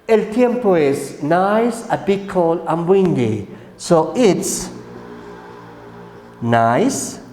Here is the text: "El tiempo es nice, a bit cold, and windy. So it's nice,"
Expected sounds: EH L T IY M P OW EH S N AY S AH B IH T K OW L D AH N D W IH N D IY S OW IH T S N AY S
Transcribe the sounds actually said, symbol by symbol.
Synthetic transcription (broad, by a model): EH L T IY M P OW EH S N AY S AH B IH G K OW L AH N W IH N D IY S OW IH T S N AY S